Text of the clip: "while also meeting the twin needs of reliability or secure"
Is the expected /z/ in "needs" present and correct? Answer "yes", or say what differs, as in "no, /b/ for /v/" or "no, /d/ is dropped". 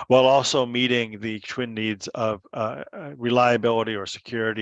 yes